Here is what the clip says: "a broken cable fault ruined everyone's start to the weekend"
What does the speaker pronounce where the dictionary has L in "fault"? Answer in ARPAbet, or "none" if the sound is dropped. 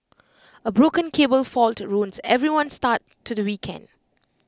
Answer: L